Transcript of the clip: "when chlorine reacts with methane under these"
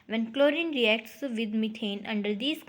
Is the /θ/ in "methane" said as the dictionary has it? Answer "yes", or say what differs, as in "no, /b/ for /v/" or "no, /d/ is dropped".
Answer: no, /t/ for /θ/